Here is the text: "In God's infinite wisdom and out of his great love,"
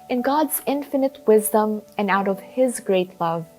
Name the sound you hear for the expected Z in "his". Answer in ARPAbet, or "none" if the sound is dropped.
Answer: Z